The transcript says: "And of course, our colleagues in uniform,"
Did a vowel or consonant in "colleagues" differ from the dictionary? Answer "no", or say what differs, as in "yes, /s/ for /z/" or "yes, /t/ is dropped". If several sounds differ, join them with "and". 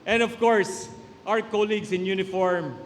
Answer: yes, /s/ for /z/